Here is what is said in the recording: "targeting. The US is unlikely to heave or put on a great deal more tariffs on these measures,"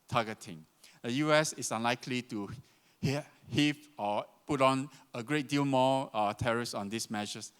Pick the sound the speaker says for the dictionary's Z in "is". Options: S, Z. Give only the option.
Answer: S